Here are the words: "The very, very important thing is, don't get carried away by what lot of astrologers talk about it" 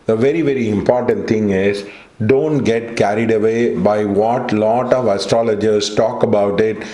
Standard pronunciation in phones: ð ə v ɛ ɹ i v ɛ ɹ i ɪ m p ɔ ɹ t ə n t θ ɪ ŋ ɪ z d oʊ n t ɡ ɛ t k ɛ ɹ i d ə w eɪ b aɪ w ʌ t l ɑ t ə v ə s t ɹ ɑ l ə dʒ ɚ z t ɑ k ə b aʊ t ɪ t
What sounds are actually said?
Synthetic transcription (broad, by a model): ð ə v ɛ ɹ i v ɛ ɹ i ɪ m p ɔ ɹ t ə n t t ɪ ŋ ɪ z d oʊ n t ɡ ɛ t k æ ɹ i d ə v eɪ b aɪ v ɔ t l ɑ t ə v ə s t ɹ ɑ l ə dʒ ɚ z t ɑ k ə b aʊ t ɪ t